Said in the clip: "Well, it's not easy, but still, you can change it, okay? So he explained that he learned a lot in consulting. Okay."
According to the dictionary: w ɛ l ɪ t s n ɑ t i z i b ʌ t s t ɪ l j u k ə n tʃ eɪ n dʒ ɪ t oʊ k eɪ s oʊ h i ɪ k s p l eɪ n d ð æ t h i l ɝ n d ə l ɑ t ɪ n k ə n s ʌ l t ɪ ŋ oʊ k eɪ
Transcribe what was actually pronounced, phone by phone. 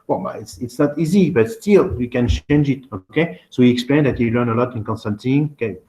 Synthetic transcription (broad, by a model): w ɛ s ɪ t s n ɑ t i z i b ʌ t s t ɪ l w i k ə n tʃ eɪ n dʒ ɪ t oʊ k eɪ s oʊ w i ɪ k s p l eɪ n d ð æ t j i l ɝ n ə l ɑ t ɪ n k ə n s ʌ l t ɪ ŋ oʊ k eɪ